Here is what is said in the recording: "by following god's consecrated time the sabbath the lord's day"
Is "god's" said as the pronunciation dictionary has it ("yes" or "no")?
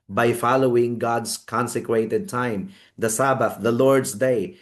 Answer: no